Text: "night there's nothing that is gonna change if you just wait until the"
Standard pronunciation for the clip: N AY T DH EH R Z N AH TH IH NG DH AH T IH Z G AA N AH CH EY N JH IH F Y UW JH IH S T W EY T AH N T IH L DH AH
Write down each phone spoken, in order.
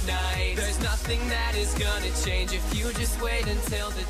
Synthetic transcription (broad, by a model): N AY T DH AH R Z N AH TH IH NG DH AH T IH Z G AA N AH CH EY N JH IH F Y UW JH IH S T W EY T AH N T IH L DH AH